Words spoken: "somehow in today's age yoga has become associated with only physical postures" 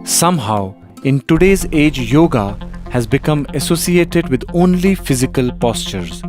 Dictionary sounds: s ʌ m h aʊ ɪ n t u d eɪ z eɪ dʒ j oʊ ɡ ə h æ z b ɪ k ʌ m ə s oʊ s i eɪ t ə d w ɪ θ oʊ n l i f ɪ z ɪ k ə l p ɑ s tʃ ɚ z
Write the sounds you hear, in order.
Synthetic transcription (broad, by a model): s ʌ m h aʊ ɪ n t u d eɪ z eɪ dʒ j oʊ ɡ ə h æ z b ɪ k ʌ m ə s oʊ s i eɪ t ə d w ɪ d oʊ n l i f ɪ z ɪ k ə l p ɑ s tʃ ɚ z